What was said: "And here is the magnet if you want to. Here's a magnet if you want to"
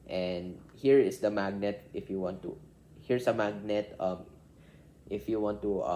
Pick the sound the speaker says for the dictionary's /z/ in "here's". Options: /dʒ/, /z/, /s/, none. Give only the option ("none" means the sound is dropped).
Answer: /s/